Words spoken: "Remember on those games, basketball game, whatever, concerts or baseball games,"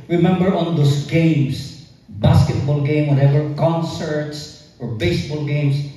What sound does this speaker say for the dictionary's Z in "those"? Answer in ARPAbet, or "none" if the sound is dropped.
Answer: S